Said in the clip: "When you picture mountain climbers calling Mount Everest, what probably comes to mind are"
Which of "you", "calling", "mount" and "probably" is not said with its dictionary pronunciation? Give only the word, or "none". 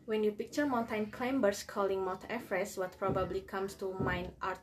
mount